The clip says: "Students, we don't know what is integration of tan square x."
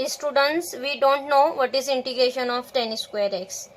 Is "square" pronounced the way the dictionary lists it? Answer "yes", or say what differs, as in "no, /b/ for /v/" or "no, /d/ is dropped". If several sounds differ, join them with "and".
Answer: yes